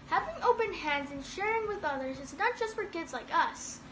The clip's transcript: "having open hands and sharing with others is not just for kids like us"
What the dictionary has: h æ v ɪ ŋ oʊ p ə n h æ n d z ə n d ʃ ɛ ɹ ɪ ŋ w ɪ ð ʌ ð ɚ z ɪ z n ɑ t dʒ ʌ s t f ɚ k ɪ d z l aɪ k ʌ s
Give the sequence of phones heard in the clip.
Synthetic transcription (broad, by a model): h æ v ɪ ŋ oʊ p ə n h æ n d z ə n ʃ ɛ ɹ ɪ ŋ w ɪ ð ʌ ð ɚ z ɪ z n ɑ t dʒ ʌ s t f ɚ k ɪ d z l aɪ k ʌ s